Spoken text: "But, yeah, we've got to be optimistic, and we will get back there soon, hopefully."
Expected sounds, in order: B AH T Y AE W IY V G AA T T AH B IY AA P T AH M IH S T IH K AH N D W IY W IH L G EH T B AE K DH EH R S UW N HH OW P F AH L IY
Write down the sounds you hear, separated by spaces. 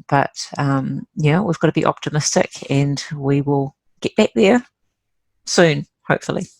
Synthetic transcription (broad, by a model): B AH T Y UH W IY V G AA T T AH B IY AA P T AH M IH S T IH K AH N W IY W IH L G EH T B AE K DH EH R S UW N HH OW P F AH L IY